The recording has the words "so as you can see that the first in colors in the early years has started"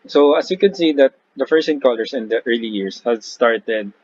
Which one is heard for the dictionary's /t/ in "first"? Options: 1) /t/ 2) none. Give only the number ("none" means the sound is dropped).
2